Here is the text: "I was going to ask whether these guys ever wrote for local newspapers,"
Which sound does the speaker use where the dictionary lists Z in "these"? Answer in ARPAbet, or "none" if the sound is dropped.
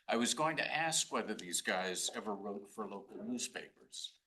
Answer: Z